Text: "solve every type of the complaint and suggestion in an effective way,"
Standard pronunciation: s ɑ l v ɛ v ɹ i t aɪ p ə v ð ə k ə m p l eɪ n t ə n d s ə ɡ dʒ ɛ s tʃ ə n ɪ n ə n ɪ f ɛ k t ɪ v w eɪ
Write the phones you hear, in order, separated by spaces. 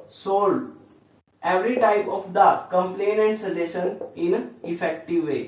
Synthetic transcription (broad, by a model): s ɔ l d ɛ v ɹ i t aɪ p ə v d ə k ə m p l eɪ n ə n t s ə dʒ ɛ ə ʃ ɪ n ə n ɪ f ɛ k t ɪ v eɪ